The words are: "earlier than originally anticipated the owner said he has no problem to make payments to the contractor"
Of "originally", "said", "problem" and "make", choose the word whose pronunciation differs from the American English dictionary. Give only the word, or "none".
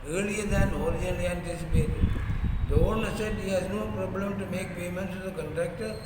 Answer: originally